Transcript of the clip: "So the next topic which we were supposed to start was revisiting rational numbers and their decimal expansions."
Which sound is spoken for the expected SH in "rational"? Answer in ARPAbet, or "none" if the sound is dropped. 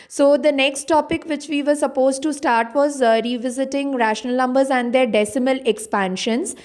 SH